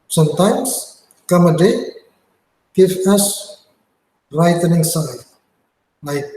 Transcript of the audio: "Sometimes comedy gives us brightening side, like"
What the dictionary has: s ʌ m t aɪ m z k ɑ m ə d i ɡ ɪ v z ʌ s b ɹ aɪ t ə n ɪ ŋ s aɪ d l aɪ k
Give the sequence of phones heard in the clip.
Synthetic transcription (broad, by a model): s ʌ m t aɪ m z k ɑ m ə d i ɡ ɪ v ʌ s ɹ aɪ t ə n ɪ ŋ s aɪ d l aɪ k